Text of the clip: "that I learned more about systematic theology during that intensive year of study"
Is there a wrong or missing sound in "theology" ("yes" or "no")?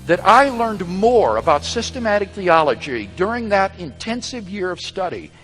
no